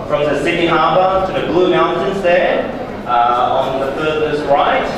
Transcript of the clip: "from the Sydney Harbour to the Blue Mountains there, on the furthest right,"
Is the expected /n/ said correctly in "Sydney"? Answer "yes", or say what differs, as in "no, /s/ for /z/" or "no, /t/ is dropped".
no, /n/ is dropped